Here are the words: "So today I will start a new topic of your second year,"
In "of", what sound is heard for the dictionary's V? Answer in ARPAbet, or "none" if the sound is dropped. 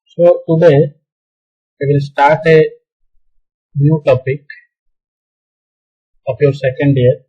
P